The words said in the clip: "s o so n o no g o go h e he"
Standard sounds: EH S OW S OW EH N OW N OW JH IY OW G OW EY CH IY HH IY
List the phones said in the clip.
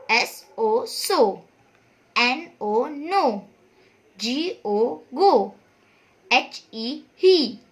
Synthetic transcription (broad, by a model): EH S OW S OW EH N OW N OW JH IY OW G OW EY CH IY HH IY